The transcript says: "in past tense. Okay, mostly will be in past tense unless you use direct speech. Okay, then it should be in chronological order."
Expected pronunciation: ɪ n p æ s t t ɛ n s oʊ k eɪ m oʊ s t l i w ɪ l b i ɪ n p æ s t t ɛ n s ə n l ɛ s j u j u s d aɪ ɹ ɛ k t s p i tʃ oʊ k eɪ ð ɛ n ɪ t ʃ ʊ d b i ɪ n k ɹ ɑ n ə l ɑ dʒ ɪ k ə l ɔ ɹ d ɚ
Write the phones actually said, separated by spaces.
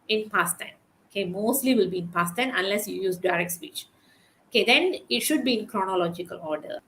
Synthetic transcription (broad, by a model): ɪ n p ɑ s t t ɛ n oʊ k eɪ m oʊ s t l i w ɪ l b i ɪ n p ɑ s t t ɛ n ə n l ɛ s j u j u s d aɪ ɹ ɛ k t s p i tʃ oʊ k eɪ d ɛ n ɪ t ʃ ʊ d b i ɪ n k ɹ ɑ n ə l ɑ dʒ ɪ k ə l ɔ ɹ d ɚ